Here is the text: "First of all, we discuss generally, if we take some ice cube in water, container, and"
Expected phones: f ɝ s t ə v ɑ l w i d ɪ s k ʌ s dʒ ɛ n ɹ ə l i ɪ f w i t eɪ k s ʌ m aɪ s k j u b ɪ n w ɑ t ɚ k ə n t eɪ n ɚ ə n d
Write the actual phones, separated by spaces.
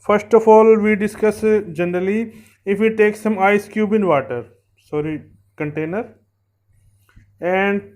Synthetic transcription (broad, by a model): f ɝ s t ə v ɑ l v i d ɪ s k ʌ s dʒ ɛ n ɹ ə l i ɪ f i t eɪ k s ʌ m aɪ s k j u b ɪ n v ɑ t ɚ k ə n t eɪ n ɚ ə n d